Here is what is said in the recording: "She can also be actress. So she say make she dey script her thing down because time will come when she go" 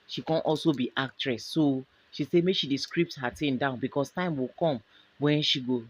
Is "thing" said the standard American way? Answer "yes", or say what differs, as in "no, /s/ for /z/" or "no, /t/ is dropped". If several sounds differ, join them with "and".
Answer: no, /t/ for /θ/